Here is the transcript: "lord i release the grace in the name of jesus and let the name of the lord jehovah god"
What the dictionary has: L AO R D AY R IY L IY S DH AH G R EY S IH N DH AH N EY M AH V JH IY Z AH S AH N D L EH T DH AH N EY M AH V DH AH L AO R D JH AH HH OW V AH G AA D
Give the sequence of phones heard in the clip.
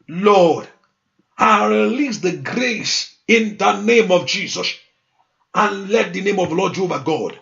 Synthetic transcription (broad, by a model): L AO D AY R IY L IY S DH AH G R EY S IH N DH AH N EY M AH V JH IY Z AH S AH N L EH T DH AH N EY M AH V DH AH L AO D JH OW B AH G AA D